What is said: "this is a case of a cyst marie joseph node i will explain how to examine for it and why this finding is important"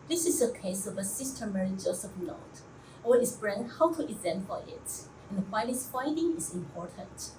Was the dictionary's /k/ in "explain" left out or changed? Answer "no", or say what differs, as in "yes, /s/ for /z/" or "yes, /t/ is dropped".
yes, /k/ is dropped